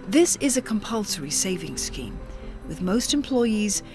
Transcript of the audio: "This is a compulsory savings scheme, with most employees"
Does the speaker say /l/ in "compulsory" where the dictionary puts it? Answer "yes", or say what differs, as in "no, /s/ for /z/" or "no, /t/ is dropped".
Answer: yes